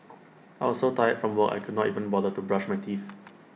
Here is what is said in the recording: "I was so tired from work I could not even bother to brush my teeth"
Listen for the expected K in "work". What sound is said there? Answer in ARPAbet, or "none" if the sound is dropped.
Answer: none